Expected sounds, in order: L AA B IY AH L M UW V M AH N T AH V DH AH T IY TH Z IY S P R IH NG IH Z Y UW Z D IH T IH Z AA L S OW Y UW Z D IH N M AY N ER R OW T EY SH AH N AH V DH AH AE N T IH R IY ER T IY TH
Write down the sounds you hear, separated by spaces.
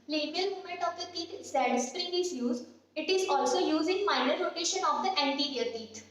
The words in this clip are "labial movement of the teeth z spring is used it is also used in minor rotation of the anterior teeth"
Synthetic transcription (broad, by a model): L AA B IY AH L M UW M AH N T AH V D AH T IY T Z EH S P R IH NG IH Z Y UW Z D IH T IH Z AA L S OW Y UW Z IH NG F AY N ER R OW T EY SH AH N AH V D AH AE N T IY R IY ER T IY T